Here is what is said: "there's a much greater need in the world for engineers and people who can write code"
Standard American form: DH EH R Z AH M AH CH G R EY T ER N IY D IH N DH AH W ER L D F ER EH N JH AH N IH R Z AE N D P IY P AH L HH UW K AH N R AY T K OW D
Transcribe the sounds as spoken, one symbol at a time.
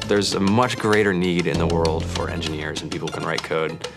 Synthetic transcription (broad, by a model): DH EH R Z AH M AH CH G R EY T ER N IY D IH N DH AH W ER L D F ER EH N JH AH N IH R Z N P IY P L K AH N R AY T K OW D